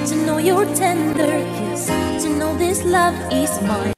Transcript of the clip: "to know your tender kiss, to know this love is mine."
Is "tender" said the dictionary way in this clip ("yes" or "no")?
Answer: yes